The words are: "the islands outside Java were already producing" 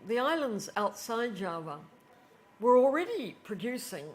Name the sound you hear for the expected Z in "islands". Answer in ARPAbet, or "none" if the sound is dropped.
Z